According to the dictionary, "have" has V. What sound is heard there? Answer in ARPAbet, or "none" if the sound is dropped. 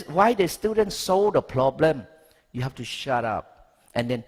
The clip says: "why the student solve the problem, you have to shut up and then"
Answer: F